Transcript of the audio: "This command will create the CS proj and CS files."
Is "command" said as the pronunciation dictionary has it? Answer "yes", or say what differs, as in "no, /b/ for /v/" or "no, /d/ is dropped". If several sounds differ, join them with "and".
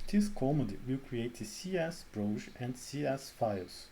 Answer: no, /n/ is dropped